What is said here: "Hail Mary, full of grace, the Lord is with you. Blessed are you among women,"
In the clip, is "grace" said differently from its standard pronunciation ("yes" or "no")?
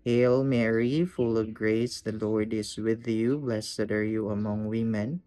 no